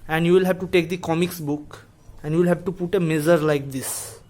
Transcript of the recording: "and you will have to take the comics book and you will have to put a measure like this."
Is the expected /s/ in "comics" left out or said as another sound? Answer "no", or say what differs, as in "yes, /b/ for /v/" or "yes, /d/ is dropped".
no